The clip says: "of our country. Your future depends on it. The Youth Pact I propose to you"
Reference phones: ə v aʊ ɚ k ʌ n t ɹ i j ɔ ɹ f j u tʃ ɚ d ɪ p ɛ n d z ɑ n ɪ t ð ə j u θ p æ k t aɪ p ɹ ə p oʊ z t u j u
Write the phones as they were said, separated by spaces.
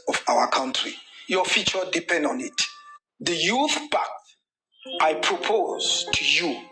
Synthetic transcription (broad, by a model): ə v aʊ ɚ k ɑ n t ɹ i j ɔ f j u tʃ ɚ d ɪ p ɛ n d ɑ n ɪ t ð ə j u θ b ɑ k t aɪ p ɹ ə p oʊ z t u j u